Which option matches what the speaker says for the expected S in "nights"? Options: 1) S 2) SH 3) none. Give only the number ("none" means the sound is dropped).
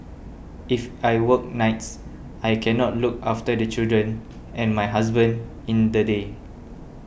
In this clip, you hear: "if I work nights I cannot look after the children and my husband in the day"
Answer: 1